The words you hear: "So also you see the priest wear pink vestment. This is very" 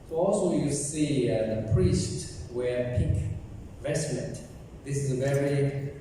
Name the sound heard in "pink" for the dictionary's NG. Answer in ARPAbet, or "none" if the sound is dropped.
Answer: none